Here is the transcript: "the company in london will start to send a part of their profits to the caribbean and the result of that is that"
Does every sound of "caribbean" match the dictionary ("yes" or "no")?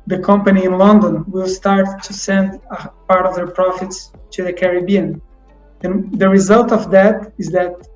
yes